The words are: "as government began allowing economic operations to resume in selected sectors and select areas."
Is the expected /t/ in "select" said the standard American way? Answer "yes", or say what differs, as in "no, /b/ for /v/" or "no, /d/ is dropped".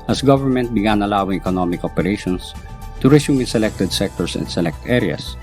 yes